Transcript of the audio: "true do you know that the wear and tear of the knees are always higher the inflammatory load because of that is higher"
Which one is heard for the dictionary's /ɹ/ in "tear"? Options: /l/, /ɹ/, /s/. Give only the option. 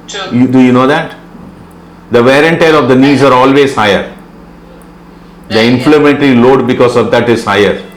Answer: /l/